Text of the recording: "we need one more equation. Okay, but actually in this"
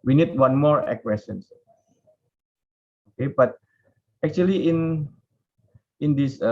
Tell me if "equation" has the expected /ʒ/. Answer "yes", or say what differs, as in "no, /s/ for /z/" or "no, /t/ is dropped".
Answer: no, /s/ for /ʒ/